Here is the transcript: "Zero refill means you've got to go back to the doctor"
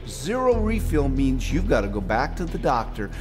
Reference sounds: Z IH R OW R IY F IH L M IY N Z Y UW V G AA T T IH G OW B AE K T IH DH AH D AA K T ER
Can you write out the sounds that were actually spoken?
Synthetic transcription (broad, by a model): Z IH R OW R IY F IH L M IY N Z Y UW V G AA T T IH G OW B AE K T IH DH AH D AA K T ER